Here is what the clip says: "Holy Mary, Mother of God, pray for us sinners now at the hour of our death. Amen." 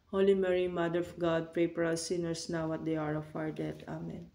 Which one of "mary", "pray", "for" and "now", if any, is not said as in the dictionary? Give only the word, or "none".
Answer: for